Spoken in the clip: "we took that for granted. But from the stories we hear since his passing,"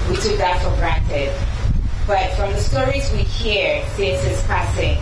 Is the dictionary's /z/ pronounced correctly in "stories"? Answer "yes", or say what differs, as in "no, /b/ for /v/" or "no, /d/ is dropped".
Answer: yes